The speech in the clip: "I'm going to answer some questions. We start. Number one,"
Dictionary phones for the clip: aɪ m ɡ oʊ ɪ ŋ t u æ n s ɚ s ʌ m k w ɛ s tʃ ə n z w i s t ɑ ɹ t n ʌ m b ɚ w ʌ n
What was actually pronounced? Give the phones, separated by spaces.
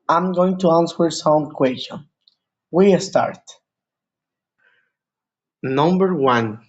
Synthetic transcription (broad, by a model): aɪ m ɡ oʊ ɪ ŋ t u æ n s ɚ s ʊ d k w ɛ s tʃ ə n w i s t ɑ ɹ t n ʌ m b ɚ w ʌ n